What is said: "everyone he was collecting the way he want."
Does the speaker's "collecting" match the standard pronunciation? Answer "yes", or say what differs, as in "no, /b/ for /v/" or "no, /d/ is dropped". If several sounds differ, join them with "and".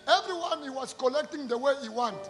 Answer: yes